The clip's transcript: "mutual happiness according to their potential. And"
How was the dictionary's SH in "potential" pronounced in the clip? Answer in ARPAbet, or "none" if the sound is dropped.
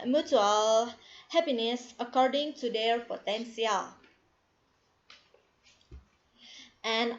S